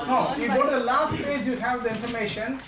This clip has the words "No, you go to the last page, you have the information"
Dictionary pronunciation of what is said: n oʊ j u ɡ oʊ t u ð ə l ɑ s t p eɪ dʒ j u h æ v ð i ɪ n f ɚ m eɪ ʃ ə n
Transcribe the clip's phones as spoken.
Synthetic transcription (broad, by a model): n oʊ j u ɡ oʊ t u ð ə l ɑ s t f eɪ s j u h æ v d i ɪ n f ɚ m eɪ ʃ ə n